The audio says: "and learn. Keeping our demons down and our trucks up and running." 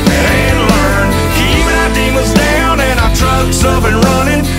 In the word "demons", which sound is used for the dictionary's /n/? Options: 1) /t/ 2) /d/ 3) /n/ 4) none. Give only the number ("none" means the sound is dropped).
4